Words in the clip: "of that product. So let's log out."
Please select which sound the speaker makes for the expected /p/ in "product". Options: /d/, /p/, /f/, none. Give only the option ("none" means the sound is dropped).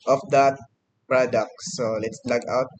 /p/